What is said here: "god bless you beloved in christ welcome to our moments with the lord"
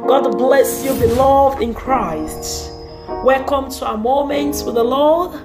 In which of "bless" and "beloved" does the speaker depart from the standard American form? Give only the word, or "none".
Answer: none